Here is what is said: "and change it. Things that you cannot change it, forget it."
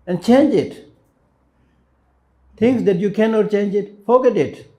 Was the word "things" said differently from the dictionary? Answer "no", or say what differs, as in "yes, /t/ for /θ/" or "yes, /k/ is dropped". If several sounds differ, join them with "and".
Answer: yes, /t/ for /θ/